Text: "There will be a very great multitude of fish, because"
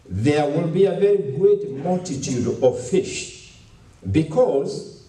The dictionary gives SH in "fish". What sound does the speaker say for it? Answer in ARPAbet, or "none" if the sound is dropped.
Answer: SH